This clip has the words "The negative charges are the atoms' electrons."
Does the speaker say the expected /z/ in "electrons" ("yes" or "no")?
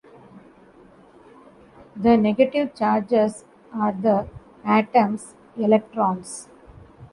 no